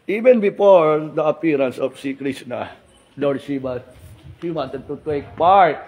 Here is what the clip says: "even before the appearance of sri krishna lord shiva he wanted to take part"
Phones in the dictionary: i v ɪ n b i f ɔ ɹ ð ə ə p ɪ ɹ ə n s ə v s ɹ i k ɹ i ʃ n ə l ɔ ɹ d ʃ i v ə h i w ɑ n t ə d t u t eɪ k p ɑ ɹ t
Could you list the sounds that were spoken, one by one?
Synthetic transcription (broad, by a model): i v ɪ n b i f ɔ ɹ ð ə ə p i ɹ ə n s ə f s i k ɹ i s n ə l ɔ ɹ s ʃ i b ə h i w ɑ n t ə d t u t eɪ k p ɑ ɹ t